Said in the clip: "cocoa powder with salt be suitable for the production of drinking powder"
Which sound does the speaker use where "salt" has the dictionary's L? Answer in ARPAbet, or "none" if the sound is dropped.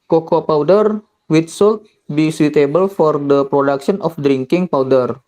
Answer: L